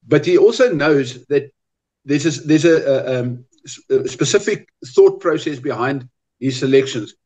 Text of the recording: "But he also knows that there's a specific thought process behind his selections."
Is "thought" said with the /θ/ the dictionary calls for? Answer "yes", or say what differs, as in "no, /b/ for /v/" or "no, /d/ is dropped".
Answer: yes